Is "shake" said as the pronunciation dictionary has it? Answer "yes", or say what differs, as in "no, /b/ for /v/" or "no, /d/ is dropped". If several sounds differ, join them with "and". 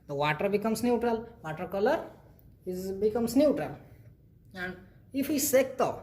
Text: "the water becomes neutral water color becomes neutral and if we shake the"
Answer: no, /s/ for /ʃ/